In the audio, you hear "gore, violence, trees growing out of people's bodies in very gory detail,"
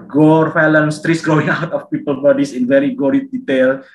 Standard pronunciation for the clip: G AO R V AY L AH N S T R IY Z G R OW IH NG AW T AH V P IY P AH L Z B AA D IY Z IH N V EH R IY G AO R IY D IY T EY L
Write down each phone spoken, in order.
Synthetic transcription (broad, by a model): G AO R F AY L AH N S T R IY S G R OW IH NG AW T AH F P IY P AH L B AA D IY S IH N V EH R IY G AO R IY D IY T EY L